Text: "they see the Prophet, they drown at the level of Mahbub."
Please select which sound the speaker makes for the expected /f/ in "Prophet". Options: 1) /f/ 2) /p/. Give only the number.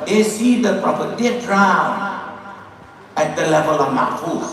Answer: 2